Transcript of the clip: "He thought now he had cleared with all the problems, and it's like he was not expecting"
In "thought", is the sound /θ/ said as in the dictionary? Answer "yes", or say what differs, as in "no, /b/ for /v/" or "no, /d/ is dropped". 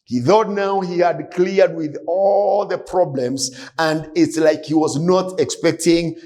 yes